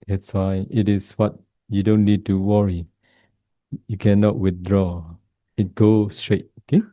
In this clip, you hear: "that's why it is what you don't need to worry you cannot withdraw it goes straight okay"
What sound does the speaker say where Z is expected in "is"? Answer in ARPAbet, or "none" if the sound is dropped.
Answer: S